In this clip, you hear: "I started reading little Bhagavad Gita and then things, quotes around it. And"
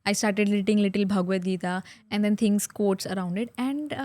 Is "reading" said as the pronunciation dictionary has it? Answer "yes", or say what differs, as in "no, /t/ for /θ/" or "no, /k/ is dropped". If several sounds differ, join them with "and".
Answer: no, /l/ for /ɹ/